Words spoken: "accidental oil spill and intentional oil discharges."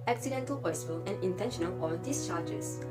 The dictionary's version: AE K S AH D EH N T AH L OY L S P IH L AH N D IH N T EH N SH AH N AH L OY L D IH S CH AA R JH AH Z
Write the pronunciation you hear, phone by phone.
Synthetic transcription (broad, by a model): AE K S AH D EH N T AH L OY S F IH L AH N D IH N T EH N SH AH N AH L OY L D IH S CH AA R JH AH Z